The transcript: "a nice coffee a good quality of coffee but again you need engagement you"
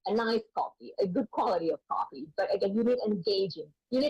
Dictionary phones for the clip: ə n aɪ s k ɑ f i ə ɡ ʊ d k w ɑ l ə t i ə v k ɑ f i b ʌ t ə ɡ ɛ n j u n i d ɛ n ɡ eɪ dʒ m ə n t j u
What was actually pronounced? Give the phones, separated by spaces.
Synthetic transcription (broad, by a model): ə n aɪ s k ɑ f i ə ɡ ʊ d k w ɑ l ə t i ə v k ɑ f i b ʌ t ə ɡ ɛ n j u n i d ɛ n ɡ eɪ dʒ ə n j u